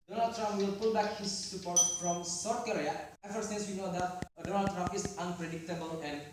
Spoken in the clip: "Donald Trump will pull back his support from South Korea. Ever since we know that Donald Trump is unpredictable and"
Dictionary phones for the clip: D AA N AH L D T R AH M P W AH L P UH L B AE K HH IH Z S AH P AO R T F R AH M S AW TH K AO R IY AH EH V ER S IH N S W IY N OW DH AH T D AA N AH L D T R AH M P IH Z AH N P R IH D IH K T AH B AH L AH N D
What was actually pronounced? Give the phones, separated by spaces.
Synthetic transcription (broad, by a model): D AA N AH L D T R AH M P W AH L P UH L B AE K HH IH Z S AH P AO R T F R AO M S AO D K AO R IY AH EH F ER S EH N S W IY N OW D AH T D AA N AH L D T R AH M P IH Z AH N P R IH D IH K T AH B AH L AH N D